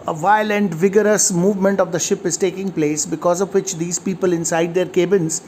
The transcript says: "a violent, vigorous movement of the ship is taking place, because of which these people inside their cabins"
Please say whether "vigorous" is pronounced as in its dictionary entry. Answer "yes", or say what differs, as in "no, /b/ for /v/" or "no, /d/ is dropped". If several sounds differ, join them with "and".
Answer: yes